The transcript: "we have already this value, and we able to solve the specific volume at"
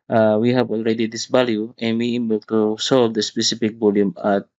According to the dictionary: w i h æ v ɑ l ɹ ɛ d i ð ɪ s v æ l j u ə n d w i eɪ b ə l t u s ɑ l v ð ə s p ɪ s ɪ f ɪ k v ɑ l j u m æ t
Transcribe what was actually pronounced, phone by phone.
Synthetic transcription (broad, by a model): w i h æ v ɑ l ɹ ɛ d i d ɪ s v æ l j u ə n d w i eɪ b ə l t u s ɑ l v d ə s p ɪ s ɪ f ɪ k b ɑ l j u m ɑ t